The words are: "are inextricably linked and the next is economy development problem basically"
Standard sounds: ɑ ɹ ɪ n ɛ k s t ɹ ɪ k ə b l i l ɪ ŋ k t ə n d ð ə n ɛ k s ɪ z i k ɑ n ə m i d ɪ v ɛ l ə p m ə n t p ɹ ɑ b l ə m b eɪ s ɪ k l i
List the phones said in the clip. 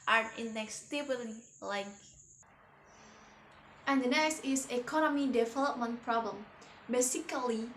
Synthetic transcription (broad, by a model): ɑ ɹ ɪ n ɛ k s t ɪ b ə l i l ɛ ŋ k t ə n d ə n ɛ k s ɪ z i k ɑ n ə m i d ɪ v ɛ l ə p m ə n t p ɹ ɑ b l ə m b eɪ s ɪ k l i